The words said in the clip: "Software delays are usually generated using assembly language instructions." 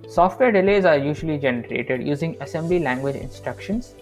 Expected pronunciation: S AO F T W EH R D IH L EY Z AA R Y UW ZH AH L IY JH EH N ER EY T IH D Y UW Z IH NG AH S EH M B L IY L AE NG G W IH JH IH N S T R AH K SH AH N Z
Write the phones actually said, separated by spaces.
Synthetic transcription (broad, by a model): S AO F T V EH R D IH L EY Z AA R Y UW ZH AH L IY JH EH N ER EY T IH D Y UW Z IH NG AH S EH M B L IY L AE NG G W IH JH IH N S T R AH K SH AH N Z